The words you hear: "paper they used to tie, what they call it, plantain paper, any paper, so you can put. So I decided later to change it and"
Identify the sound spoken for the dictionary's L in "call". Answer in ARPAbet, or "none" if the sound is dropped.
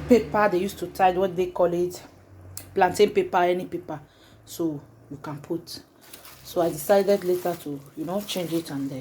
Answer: L